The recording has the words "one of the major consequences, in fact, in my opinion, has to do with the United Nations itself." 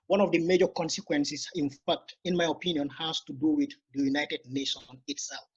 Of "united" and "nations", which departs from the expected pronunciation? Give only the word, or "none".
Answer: nations